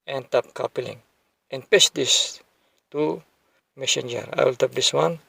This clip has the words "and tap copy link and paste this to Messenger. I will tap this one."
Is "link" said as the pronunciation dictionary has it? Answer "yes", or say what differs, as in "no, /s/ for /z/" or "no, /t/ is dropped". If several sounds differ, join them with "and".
no, /k/ is dropped